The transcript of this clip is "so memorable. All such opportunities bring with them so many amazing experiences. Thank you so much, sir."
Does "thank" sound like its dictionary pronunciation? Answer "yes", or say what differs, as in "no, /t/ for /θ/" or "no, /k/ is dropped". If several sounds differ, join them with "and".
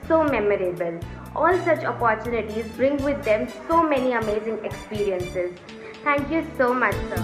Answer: no, /t/ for /θ/